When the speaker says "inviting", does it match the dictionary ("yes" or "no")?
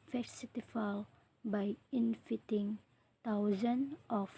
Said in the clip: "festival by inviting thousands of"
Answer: no